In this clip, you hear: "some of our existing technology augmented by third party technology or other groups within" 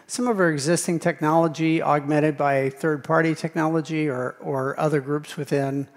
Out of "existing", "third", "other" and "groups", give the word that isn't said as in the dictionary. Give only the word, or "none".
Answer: none